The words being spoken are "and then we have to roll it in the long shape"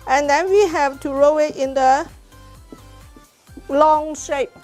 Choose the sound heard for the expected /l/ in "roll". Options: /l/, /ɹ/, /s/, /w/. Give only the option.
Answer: /w/